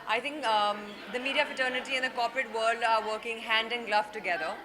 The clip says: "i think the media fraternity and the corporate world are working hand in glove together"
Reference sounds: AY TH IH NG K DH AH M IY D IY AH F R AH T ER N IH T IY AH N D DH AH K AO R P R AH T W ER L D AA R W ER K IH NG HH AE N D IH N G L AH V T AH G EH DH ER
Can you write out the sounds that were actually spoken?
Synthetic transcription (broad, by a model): AY T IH NG K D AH M IY D IY AH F AH T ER N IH T IY AH N D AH K AO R P R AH T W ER L D AA R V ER K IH NG HH AE N D IH N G L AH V T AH G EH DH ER